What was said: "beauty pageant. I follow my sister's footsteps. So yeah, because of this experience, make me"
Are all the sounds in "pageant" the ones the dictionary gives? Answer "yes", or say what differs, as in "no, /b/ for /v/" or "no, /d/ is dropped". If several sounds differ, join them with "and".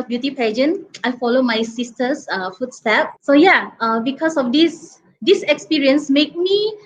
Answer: no, /t/ is dropped